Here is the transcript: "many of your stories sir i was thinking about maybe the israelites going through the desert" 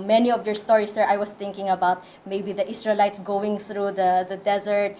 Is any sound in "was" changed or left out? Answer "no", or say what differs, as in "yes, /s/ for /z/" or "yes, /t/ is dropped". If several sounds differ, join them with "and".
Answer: yes, /s/ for /z/